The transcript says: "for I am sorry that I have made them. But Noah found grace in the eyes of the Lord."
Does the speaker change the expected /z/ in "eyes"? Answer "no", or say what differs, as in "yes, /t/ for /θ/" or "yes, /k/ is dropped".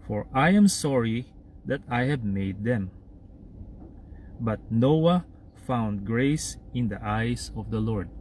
yes, /s/ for /z/